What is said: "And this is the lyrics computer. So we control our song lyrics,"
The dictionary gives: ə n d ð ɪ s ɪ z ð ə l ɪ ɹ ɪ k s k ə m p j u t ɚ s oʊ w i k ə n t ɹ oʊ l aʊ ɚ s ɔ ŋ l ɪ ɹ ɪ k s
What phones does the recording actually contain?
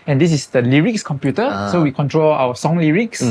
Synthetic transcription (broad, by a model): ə n d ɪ s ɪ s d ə l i ɹ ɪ k s k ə m p j u t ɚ s oʊ w i k ə n t ɹ oʊ l aʊ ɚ s ɔ ŋ l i ɹ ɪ k s